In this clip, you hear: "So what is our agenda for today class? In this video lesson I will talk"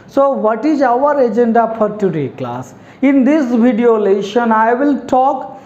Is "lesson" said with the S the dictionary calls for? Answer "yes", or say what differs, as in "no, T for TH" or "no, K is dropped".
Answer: no, SH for S